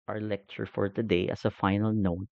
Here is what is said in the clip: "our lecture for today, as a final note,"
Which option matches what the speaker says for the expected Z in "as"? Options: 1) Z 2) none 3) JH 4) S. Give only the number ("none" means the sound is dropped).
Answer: 4